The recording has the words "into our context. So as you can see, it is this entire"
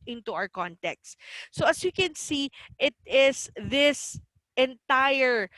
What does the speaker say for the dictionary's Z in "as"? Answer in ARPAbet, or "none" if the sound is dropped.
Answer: S